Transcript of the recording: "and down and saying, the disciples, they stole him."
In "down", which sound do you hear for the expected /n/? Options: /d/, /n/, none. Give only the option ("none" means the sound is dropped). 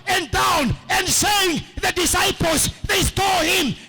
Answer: /n/